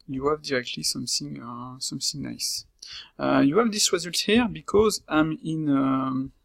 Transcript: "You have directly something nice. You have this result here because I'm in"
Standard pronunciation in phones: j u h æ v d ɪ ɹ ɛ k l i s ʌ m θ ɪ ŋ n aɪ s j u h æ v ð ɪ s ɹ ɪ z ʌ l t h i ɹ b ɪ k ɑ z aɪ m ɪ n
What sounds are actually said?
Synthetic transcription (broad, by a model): j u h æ v d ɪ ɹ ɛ k l i s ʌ m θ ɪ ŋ n aɪ s j u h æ v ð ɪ s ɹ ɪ z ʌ l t h i ɹ b ɪ k ɑ z aɪ m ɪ n